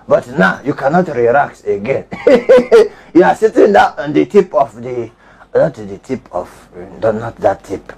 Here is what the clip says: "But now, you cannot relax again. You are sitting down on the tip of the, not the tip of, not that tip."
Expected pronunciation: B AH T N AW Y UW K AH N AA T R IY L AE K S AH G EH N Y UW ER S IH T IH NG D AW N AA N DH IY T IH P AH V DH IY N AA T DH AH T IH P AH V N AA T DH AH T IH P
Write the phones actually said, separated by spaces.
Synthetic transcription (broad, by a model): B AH T N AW Y UW K AH N AA T R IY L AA K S AH G EH N Y UW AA S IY T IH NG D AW AA N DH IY T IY P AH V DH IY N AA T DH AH T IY P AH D N AA T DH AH T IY P